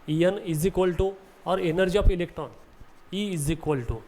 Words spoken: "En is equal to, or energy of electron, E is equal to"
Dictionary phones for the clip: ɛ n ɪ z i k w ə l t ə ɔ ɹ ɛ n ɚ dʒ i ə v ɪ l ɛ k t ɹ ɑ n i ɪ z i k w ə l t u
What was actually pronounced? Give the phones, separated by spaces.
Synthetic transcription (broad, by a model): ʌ n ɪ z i k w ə l t ə ɔ ɹ ɛ n ɚ dʒ i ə p ɪ l ɛ k t ɹ ɑ n i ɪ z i k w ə l t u